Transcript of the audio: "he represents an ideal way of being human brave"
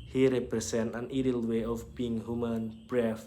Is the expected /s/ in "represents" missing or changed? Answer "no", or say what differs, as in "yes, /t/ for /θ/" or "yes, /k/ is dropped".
yes, /s/ is dropped